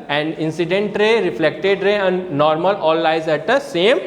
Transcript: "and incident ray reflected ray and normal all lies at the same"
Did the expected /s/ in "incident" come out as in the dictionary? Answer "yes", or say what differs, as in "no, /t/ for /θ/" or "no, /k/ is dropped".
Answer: yes